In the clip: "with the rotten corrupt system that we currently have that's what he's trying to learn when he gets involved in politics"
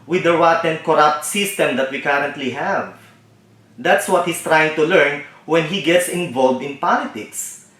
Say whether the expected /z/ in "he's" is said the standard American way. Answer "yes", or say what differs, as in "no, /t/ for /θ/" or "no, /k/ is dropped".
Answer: no, /s/ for /z/